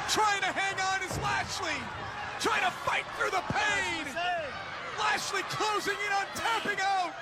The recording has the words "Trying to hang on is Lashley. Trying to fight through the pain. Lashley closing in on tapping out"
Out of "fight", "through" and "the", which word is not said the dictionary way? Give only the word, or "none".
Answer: none